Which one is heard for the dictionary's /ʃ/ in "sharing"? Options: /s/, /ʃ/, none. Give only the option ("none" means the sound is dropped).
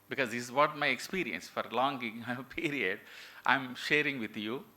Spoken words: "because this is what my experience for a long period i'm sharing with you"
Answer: /ʃ/